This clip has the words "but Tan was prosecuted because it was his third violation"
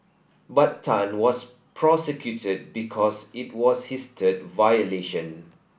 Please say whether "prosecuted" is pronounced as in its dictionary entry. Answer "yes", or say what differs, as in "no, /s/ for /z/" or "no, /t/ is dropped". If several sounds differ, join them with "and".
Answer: yes